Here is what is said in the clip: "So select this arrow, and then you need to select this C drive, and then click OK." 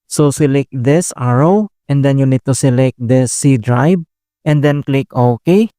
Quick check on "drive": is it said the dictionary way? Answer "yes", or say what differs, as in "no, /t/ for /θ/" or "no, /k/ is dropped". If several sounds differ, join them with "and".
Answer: no, /b/ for /v/